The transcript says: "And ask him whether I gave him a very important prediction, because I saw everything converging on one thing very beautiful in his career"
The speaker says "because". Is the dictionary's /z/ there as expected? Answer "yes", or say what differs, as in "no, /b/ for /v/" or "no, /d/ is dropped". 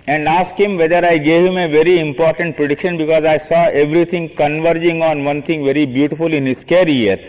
yes